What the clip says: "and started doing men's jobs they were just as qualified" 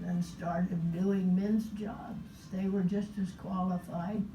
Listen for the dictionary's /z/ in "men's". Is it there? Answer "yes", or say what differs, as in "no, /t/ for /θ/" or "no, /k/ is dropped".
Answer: yes